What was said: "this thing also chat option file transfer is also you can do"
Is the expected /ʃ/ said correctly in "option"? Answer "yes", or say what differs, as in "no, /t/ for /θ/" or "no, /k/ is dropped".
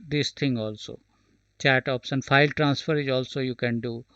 no, /s/ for /ʃ/